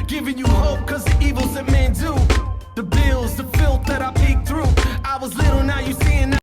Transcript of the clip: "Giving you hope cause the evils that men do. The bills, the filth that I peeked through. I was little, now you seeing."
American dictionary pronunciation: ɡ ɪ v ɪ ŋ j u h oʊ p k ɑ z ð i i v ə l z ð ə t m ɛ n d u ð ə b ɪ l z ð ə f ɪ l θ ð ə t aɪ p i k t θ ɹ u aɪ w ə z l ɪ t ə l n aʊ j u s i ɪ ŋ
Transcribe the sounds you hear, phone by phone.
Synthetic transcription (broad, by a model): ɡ ɪ v ɪ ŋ j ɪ h oʊ p k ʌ z ð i i v l z ð ə t m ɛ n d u ð ə b ɪ l z ð ə f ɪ l t ð ə t aɪ p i k θ ɹ u aɪ w ə z l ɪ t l n aʊ j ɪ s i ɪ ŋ